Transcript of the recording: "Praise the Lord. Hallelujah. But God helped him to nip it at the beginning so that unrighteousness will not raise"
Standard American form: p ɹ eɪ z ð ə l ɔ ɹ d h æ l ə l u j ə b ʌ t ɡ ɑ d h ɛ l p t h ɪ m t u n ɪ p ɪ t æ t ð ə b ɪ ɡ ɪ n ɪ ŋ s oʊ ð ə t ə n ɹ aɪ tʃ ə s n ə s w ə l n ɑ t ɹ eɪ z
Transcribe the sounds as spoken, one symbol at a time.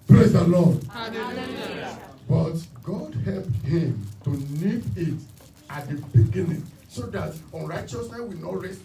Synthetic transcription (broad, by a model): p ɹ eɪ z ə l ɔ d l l b ʌ t ɡ ɑ d h ɛ l p t h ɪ m t u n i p ɪ t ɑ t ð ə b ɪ ɡ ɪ n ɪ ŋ s oʊ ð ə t ə n ɹ aɪ tʃ ə s n ə s w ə n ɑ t ɹ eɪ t